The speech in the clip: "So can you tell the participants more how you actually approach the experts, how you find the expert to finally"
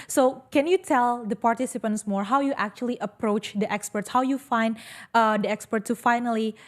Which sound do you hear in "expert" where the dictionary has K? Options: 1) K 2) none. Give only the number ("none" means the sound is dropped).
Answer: 1